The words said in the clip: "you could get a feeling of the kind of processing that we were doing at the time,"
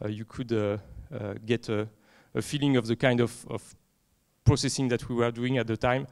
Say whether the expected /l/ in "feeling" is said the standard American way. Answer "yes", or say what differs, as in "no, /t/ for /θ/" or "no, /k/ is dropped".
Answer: yes